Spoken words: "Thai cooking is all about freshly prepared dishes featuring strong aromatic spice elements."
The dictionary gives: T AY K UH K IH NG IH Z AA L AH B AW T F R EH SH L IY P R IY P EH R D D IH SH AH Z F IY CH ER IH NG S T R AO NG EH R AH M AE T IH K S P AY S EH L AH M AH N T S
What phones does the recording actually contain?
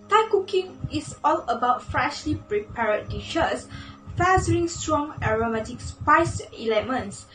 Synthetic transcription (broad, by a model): T AY K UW K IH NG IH S AA L AH B AW T F R EH SH L IY P R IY P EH R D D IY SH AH S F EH S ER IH NG S T R AO NG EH R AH M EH T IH K S P AY S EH L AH M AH N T S